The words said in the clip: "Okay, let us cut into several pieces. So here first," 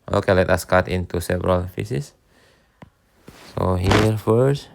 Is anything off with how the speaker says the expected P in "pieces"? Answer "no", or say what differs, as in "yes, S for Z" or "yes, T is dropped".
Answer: yes, F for P